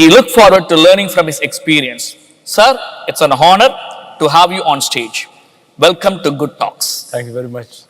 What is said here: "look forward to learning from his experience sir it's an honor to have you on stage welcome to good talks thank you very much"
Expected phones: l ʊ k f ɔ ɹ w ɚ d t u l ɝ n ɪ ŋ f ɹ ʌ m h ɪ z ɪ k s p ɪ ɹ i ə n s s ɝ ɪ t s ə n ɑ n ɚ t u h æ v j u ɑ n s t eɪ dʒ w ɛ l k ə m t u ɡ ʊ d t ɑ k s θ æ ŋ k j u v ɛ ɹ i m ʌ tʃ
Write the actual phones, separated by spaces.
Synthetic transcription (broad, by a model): l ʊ k f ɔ ɹ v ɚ d t u l ɝ n ɪ ŋ f ɹ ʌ m h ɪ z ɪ k s p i ɹ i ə n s s ɝ ɪ t s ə n ɑ n ɚ t u h æ v j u ɑ n s t eɪ dʒ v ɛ l k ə m t u ɡ ʊ d t ɑ k s t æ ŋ k j u v ɛ ɹ i m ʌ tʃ